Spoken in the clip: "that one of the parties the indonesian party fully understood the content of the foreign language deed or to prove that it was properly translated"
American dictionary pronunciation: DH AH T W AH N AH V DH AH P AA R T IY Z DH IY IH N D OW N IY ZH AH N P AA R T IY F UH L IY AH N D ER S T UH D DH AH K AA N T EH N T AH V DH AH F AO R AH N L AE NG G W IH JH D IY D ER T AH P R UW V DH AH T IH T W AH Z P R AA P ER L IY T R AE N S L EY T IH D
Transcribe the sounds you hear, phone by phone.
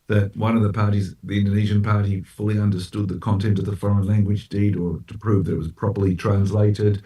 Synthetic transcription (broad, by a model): DH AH T W AH N AH V DH AH P AA R T IY Z DH IY IH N D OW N IY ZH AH N P AA R T IY F UH L IY AH N D ER S T UH D DH AH K AA N T EH N T AH V DH AH F AO R AH N L AE NG G W IH JH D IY D ER T AH P R UW V DH AH T IH T W AH Z P R AA P ER L IY T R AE N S L EY T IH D